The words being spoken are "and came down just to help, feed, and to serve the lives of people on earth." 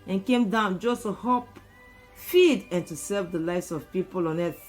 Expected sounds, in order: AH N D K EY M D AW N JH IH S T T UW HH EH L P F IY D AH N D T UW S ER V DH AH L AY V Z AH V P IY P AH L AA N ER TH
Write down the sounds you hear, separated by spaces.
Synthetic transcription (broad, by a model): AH N K EY M D AW N JH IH S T T UW HH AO P F IY D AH N T UW S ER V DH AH L AY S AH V P IY P AH L AA N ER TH